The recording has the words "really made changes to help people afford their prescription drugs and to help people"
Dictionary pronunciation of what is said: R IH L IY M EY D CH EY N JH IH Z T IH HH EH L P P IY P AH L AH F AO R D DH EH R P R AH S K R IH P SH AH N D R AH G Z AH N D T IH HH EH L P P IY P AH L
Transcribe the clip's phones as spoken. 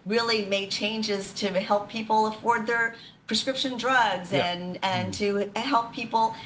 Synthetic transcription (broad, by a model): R IH L IY M EY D CH EY N JH IH Z T IH HH EH L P P IY P L AH F AO R D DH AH R P R AH S K R IH P SH AH N D R AH G Z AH N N T IH HH EH L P P IY P L